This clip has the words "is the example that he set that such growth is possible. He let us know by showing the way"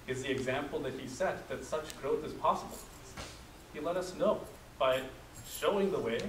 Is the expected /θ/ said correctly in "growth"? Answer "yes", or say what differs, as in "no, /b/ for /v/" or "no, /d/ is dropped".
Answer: yes